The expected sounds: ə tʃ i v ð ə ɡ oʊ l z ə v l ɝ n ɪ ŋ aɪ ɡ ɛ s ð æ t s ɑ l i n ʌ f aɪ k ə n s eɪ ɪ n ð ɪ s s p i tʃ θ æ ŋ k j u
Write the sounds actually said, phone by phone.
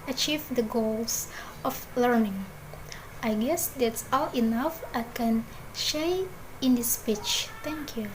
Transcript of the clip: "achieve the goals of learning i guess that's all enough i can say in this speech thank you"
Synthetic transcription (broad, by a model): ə tʃ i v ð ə ɡ oʊ l s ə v l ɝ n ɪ ŋ aɪ ɡ ɛ s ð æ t s ɑ l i n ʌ f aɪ k ə n ʃ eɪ ɪ n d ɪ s s p i tʃ t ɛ ŋ k j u